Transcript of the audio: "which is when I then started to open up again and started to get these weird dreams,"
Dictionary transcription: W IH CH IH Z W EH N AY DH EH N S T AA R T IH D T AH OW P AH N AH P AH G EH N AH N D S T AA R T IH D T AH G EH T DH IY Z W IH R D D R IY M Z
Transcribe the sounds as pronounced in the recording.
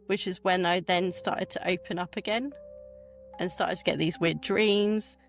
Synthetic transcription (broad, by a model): W IH CH IH Z W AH N AY DH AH N S T AA T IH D T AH OW P AH N AH P AH G EH N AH N S T AA T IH D T AH G EH T DH IY Z W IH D D R IY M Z